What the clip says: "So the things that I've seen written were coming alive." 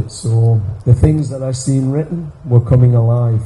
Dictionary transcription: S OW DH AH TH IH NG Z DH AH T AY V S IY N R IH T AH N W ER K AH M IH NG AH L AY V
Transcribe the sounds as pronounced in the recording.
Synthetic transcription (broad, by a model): S OW DH AH TH IH NG Z DH AH T AY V S IY N R IH T N W ER K AH M IH NG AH L AY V